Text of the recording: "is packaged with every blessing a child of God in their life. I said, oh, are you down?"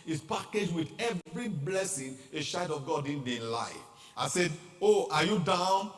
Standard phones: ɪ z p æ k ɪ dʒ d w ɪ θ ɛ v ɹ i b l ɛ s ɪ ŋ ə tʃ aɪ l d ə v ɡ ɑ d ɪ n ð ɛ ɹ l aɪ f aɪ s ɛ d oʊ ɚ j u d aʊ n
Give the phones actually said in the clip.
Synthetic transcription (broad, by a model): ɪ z p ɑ k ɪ dʒ w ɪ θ ɛ v ɹ i b l ɛ s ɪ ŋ ə ʃ aɪ d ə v ɡ ɑ d ɪ n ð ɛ l aɪ f aɪ s ɛ d oʊ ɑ j u d aʊ n